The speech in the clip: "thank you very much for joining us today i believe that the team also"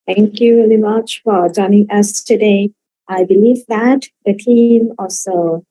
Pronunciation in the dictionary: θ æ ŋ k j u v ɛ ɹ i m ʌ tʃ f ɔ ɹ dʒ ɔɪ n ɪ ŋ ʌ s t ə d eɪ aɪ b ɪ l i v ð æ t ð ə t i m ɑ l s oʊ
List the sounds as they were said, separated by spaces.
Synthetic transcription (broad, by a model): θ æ ŋ k j u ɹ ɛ l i m ʌ tʃ f ɔ ɹ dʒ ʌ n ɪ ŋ ʌ s t ə d eɪ aɪ b ɪ l i v ð æ t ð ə t i m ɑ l s oʊ